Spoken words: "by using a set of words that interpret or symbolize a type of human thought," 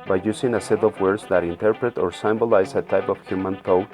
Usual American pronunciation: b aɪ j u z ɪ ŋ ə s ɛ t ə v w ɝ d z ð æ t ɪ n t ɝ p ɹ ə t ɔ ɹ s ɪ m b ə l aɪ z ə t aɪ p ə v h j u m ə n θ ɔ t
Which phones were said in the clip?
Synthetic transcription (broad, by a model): b aɪ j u s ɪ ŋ ə s ɛ t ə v w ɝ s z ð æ t ɪ n t ɝ p ɹ ə t ɔ ɹ s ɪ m b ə l aɪ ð ə t aɪ p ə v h j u m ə n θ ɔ